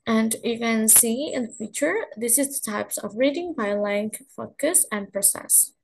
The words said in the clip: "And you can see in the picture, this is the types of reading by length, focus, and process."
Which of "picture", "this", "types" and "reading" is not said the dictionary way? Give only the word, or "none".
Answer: picture